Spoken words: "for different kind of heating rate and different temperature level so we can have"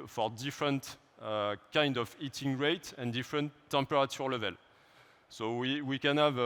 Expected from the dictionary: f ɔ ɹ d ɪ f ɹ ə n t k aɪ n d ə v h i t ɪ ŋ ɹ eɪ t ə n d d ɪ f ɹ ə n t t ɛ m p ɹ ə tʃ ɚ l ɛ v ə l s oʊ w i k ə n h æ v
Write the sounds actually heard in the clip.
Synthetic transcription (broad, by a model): f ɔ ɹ d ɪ f ɹ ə n t k aɪ n d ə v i t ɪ ŋ ɹ eɪ t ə n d d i f ɹ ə n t t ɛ m p ɹ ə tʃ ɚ l ɛ v ə l s oʊ w i k ə n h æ v